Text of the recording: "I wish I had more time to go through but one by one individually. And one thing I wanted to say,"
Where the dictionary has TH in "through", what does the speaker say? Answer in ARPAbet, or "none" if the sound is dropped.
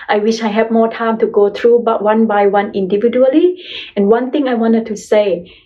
T